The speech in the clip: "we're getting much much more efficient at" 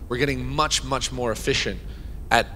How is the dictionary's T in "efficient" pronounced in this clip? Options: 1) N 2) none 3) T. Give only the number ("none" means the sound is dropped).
3